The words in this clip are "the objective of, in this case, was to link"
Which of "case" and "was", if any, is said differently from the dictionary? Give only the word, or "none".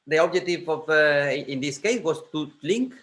was